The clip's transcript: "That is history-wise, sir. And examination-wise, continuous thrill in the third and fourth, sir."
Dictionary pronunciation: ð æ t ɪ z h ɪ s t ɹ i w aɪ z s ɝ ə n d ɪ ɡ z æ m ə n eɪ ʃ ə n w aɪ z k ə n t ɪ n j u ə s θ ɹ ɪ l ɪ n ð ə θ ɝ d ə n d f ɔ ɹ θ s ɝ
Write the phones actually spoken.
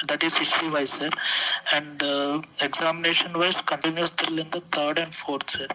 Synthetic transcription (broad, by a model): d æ t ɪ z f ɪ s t i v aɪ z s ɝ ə n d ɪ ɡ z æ m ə n eɪ ʃ ə n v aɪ s k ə n t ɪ n j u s t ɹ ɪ l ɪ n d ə t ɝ d ə n d f ɔ ɹ t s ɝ